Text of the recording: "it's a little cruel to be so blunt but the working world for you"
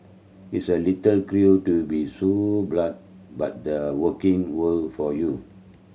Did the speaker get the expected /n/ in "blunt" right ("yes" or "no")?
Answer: no